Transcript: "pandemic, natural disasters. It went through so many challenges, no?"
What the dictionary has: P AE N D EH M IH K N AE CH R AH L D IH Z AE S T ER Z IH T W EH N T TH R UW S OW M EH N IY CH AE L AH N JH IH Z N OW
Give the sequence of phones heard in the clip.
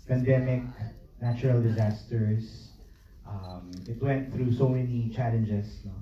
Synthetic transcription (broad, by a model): P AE N D EH M IH K N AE CH R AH L D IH Z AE S T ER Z IH T W EH N T TH R UW S OW M EH N IY CH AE L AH N JH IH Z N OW